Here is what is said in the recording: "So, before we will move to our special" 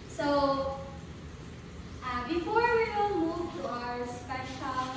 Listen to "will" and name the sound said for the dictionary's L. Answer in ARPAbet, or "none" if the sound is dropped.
N